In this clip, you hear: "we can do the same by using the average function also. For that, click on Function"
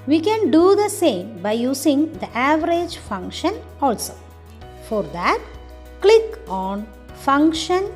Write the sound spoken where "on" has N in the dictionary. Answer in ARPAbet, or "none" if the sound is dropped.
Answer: N